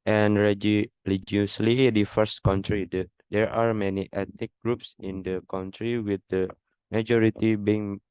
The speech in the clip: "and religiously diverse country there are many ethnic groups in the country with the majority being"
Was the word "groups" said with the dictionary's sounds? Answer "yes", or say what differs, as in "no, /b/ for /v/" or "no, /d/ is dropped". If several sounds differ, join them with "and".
yes